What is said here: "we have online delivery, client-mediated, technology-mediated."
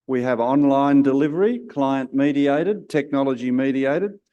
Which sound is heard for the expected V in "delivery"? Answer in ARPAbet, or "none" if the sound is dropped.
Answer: V